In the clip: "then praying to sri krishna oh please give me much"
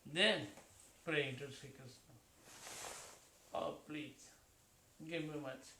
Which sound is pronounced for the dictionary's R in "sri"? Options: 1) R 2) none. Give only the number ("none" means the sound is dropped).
2